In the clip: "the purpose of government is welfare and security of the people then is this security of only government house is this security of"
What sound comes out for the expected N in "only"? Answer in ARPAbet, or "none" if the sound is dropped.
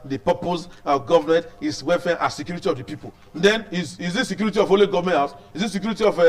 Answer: none